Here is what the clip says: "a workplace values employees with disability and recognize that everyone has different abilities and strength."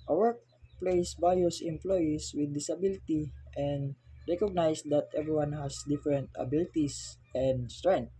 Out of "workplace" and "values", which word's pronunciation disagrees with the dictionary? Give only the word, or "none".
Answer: values